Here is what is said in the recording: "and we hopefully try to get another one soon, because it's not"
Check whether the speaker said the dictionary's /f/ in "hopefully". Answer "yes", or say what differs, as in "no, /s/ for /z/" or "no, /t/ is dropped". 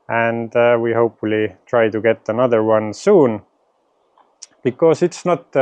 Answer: yes